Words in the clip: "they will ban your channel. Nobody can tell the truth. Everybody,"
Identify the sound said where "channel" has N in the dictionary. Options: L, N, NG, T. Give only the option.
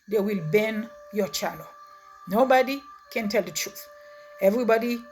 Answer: L